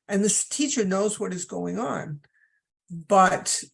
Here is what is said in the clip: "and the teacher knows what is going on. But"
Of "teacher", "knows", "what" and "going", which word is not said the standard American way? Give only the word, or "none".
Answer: none